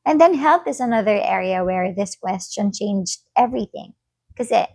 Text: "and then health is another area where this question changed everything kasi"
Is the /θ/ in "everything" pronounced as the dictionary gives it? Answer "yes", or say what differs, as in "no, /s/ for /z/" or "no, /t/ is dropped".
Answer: yes